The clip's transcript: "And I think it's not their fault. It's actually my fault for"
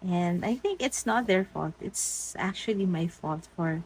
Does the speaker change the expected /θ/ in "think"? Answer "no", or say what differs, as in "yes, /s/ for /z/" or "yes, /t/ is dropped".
no